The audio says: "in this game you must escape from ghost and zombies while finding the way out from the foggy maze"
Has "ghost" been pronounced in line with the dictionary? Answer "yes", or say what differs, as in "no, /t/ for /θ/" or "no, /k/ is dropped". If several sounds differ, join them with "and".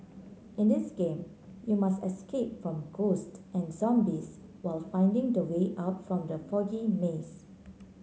yes